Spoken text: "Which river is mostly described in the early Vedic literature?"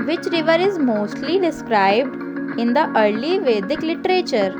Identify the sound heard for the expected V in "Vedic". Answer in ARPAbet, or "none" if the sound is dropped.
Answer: V